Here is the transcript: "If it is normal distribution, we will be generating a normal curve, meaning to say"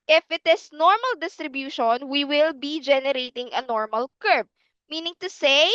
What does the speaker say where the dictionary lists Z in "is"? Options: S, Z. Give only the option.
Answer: S